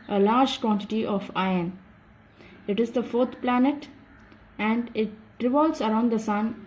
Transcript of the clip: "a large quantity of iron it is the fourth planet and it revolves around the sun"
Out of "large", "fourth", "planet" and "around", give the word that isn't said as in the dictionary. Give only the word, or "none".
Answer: fourth